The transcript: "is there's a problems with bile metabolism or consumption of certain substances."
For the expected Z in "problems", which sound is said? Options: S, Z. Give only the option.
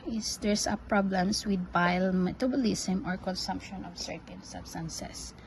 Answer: S